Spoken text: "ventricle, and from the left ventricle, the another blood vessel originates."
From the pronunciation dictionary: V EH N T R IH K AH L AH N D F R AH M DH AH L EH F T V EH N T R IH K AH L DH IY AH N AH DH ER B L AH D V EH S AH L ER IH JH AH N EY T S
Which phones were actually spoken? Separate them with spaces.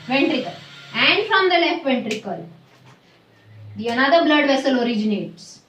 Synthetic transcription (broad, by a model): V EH N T R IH K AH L AH N D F R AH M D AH L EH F T V EH N T R IH K AH L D IY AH N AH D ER B L AH D V EH S AH L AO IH JH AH N EY T S